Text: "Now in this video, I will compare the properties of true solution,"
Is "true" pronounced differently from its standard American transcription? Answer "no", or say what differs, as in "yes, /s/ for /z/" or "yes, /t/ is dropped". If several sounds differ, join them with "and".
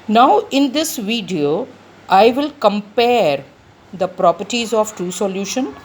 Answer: yes, /ɹ/ is dropped